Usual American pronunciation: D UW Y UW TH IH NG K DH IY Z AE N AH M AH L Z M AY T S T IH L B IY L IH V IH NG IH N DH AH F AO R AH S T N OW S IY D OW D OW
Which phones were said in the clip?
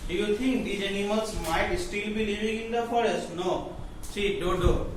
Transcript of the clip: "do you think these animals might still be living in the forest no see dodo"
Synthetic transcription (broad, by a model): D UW Y UW T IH NG K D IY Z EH N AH M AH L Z M AY T S T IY L B IY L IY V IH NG IH N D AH F AO R AH S T N OW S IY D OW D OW